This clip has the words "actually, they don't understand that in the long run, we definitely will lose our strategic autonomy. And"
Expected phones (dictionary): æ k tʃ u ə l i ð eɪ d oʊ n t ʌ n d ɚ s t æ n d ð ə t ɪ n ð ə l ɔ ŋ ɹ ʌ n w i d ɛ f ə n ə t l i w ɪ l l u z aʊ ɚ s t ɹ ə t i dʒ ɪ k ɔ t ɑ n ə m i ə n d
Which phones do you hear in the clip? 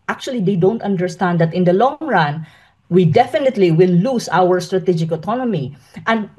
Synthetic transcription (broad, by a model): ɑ k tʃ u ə l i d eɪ d oʊ n t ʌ n d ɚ s t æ n d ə t ɪ n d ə l ɔ ŋ ɹ ʌ n w i d ɛ f ə n ə t l i w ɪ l l u s aʊ ɚ s t ɹ ə t i dʒ ɪ k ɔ t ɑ n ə m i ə n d